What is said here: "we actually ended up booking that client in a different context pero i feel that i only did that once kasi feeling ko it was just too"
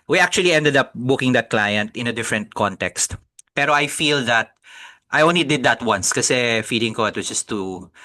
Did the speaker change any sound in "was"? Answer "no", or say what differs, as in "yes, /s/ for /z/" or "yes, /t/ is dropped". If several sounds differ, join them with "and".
yes, /s/ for /z/